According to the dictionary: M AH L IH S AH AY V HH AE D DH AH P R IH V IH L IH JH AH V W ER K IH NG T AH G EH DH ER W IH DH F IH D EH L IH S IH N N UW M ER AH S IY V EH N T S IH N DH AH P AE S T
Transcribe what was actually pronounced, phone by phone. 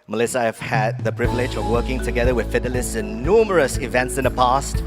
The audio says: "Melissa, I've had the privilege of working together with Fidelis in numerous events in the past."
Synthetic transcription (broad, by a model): M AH L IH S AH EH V HH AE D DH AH P R IH V IH L IH JH AH V W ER K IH NG T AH G EH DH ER W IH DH F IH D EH L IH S IH N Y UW M ER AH S IY V EH N T S IH N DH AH P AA S T